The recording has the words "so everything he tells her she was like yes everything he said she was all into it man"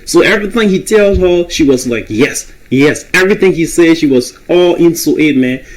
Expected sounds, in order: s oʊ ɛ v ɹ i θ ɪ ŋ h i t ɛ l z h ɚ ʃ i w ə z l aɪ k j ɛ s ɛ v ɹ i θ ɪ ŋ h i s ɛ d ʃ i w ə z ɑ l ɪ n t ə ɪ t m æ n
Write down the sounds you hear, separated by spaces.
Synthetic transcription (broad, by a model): s oʊ ɛ v ɹ i θ ɪ ŋ h i t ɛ l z h ɚ ʃ i w ə z l aɪ k j ɛ s ɛ v ɹ i θ ɪ ŋ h i s ɛ d ʃ i w ə z ɑ l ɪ n s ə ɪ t m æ n